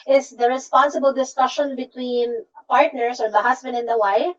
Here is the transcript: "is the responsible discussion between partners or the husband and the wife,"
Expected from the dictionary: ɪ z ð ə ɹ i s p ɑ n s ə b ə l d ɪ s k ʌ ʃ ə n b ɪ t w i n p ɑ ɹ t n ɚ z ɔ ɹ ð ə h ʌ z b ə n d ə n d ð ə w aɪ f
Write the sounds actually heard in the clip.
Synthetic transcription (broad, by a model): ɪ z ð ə ɹ i s p ɑ n s ə b ə l d ɪ s k ʌ ʃ ə n b ɪ t w i n p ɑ ɹ t n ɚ s ɔ ɹ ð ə h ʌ s b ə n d ə n d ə w aɪ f